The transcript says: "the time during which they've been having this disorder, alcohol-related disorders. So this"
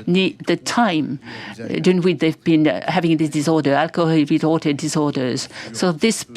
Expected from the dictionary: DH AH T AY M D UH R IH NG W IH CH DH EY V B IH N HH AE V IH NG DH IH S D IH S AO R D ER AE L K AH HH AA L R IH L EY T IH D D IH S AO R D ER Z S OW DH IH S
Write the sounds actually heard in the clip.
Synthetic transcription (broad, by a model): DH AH T AY M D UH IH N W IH DH EY V B IH N HH AE V IH NG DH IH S D IH S AO R D ER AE L K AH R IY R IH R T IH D D IH S AO R D ER Z S OW DH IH S